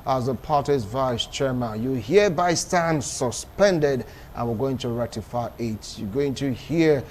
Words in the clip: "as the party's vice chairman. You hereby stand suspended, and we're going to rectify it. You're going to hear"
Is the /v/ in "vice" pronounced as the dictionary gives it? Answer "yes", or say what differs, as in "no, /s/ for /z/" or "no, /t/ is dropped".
yes